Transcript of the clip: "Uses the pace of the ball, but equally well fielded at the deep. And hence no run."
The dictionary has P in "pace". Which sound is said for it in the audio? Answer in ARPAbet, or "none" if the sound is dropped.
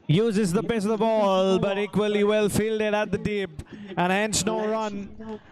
B